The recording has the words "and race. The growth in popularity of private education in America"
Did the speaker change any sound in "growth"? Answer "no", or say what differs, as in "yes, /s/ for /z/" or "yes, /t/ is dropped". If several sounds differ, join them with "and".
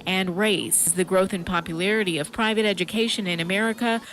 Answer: no